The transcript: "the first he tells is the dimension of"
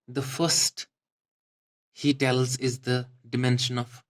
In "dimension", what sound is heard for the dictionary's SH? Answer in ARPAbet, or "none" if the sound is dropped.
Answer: SH